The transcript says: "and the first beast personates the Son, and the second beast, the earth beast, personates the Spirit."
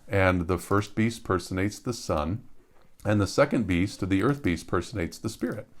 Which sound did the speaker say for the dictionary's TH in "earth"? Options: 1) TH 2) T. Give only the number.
1